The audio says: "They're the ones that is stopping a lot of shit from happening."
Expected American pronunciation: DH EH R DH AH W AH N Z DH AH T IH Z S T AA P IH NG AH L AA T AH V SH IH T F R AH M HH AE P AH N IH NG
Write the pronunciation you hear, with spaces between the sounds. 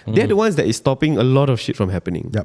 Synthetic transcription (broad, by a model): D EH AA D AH W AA N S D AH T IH S T AA P IH NG AH L AA T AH F SH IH T F R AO M HH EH P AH N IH NG